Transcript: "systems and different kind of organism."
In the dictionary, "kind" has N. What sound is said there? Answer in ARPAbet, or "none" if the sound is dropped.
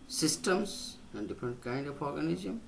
N